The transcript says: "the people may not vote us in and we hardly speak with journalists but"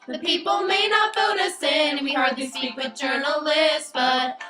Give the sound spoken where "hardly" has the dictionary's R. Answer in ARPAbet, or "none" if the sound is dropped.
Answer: R